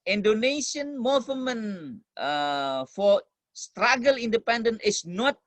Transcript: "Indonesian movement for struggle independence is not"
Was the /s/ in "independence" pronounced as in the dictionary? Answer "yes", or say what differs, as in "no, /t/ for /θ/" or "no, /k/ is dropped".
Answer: no, /s/ is dropped